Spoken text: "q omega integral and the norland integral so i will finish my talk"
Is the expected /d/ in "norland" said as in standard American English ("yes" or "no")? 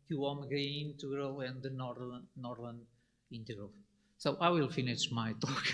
yes